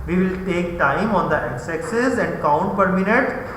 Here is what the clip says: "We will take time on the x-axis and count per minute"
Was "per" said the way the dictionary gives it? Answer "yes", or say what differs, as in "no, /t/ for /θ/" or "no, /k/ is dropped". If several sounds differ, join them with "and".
yes